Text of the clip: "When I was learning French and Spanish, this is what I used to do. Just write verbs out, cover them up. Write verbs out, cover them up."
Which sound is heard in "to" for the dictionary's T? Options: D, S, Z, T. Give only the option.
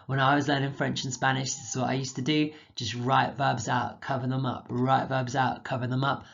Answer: T